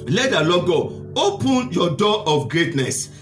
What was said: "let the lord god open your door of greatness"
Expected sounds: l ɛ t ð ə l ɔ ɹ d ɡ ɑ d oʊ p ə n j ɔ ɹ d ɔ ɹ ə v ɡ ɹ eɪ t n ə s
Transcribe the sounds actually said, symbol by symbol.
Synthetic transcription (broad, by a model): l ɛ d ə l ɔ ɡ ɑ oʊ p ə n j ɔ d ɔ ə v ɡ ɹ eɪ t n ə s